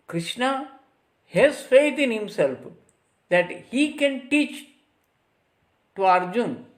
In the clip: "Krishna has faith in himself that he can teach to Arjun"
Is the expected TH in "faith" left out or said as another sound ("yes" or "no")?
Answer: yes